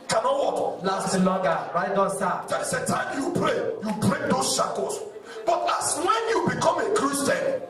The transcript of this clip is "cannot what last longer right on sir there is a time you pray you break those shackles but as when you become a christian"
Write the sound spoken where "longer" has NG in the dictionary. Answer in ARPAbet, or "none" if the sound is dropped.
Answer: none